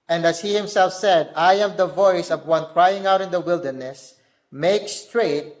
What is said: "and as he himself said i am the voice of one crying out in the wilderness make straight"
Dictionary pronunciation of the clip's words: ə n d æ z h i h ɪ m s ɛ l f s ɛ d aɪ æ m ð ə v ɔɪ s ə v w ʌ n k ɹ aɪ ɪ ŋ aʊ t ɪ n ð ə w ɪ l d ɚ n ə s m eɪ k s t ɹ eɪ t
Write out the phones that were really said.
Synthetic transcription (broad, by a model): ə n d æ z h i h ɪ m s ɛ l f s ɛ d aɪ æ m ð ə v ɔɪ s ə v w ʌ n k ɹ aɪ ɪ ŋ aʊ t ɪ n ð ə w ɪ l d ɚ n ə s m eɪ k s t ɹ eɪ t